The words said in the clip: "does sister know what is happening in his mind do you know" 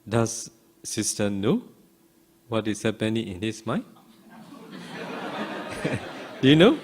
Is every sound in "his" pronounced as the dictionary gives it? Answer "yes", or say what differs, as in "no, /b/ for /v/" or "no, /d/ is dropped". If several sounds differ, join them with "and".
no, /s/ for /z/